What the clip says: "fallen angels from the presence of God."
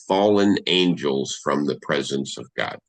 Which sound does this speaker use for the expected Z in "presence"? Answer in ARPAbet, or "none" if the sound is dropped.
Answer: Z